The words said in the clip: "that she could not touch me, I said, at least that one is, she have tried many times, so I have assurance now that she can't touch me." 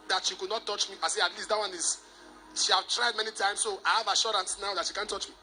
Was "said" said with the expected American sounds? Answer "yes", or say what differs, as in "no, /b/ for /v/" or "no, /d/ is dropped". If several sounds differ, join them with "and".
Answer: no, /d/ is dropped